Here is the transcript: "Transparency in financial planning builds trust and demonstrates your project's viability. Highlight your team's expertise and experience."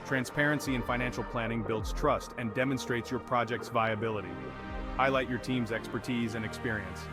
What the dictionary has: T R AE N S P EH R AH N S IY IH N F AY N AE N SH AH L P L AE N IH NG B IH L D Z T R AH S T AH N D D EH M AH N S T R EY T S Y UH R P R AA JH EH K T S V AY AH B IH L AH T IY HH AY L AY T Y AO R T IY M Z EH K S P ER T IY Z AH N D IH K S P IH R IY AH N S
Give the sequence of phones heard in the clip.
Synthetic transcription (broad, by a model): T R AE N S P EH R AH N S IY IH N F AY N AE N SH L P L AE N IH NG B IH L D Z T R AH S T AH N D D EH M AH N S T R EY T S Y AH R P R AA JH EH K T S V AY AH B IH L AH T IY HH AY L AY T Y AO R T IY M Z EH K S P ER T IY Z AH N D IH K S P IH R IY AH N S